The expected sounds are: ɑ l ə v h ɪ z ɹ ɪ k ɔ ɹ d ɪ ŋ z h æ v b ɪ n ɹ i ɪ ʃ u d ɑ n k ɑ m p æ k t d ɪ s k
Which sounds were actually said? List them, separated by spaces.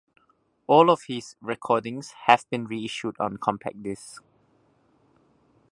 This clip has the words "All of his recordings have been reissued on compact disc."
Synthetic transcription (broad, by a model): ɑ l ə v h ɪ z ɹ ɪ k ɔ d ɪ ŋ s h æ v b ɪ n ɹ i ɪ ʃ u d ɑ n k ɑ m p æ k d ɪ s